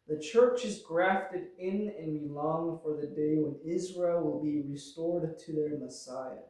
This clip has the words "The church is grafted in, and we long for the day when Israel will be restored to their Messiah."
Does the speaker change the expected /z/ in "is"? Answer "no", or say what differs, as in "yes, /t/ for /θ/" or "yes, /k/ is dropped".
no